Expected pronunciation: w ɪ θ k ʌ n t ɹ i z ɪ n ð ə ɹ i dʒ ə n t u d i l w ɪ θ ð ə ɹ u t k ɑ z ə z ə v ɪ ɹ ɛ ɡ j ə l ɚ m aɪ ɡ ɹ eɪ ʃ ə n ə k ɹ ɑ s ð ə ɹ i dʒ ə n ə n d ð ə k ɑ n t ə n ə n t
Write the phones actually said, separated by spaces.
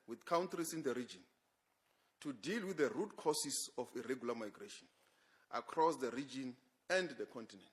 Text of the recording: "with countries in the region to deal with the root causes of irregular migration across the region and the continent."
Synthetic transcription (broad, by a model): w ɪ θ k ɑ n t ɹ i s ɪ n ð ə ɹ i dʒ ə n t u d i l w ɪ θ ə ɹ u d k ɑ s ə s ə f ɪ ɹ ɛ ɡ j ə l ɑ m aɪ ɡ ɹ eɪ ʃ ə n ə k ɹ ɑ s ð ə ɹ i dʒ ə n ə n d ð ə k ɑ n t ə n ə n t